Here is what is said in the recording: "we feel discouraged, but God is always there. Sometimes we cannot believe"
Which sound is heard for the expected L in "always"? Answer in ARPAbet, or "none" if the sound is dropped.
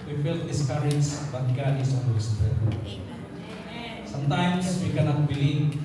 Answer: N